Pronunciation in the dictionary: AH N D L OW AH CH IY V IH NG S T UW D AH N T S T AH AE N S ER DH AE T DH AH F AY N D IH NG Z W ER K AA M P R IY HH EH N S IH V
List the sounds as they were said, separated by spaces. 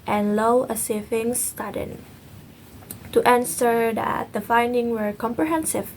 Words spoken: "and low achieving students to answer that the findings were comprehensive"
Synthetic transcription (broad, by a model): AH N L OW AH S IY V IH NG S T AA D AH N T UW T AH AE N S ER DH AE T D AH F AY N D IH NG W ER K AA M P R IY HH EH N S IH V